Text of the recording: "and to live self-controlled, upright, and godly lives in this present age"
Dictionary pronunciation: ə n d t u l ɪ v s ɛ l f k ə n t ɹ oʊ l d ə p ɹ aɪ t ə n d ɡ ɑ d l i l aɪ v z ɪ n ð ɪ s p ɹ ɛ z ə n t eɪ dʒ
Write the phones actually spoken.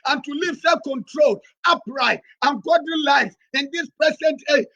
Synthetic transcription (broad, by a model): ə n t u l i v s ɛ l k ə n t ɹ oʊ l ə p ɹ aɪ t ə n ɡ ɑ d i l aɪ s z ɪ n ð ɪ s p ɹ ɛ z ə n t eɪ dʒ